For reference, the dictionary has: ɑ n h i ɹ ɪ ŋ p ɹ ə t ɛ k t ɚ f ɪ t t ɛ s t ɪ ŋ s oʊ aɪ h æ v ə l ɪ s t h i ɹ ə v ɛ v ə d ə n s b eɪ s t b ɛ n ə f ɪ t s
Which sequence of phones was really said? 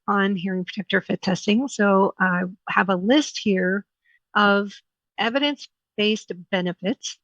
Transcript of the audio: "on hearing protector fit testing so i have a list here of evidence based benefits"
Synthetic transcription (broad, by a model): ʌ n h i ɹ ɪ ŋ p ɹ ə t ɛ k t ɚ f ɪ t t ɛ s t ɪ ŋ s oʊ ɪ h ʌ v ə l ɪ s t h i ɹ ə v ɛ v ə d ə n s b eɪ s t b ɛ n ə f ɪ t s